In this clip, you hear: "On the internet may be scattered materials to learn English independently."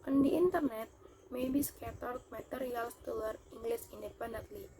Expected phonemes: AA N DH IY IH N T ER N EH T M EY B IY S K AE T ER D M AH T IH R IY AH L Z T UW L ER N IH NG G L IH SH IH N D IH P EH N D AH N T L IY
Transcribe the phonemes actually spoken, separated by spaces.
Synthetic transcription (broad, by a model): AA N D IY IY N T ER N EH T M EY B IY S K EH T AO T M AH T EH R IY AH L S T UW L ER IY NG G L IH S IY N D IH P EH N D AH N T L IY